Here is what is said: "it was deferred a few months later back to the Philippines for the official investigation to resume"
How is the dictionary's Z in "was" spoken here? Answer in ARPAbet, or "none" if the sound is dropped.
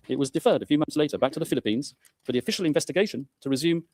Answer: Z